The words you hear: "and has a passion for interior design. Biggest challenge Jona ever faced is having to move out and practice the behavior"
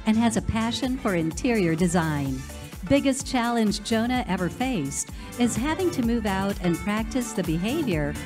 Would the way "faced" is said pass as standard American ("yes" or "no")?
yes